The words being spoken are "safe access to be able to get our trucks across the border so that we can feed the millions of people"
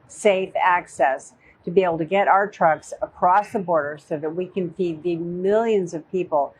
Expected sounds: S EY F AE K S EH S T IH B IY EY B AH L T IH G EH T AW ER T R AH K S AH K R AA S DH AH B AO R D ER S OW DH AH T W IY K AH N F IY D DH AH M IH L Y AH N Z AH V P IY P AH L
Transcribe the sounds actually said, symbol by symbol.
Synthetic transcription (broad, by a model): S EY F AE K S EH S T IH B IY EY B L T IH G EH T AW ER T R AH K S AH K R AA S DH AH B AO R D ER S OW DH AH T W IY K AH N F IY D DH AH M IH L Y AH N Z AH V P IY P L